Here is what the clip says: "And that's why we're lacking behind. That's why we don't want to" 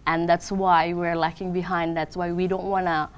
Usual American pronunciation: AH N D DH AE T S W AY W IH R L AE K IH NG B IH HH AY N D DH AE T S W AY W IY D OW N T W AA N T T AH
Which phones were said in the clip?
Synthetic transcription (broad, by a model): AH N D DH AE T S W AY W IH R L AE K IH NG B IH HH AY N D DH AE T S W AY W IY D OW N T W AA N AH